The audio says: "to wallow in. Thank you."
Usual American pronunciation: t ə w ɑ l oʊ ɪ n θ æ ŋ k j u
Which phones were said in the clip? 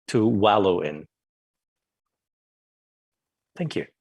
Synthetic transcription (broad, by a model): t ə w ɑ l oʊ ɪ n θ æ ŋ k j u